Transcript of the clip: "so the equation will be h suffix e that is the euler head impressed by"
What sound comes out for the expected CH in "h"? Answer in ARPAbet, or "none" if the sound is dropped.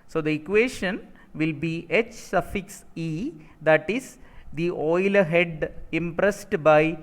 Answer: CH